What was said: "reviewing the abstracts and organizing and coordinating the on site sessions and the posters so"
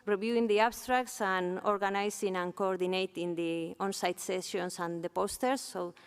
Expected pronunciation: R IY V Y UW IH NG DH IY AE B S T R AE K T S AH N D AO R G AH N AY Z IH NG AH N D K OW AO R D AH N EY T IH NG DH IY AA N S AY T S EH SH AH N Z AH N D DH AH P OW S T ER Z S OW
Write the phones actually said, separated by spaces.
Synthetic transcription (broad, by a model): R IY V Y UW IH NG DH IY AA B S T R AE K T S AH N AO R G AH N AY S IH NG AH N K OW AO R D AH N EY T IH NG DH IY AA N S AY T S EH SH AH N S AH N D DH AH P OW S T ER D S OW